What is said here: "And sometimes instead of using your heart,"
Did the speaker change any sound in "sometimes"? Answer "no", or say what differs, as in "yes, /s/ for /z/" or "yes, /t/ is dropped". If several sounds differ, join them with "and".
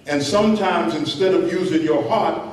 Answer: no